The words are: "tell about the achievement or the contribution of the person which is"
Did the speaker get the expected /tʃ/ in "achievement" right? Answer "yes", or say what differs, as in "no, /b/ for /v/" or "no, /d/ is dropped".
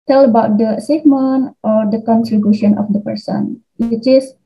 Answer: no, /s/ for /tʃ/